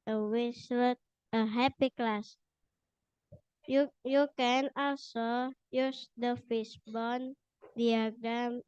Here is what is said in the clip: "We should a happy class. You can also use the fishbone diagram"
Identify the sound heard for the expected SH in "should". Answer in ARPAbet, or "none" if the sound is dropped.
S